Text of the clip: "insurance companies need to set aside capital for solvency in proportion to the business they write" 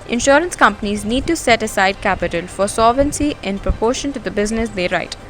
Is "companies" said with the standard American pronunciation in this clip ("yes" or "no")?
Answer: yes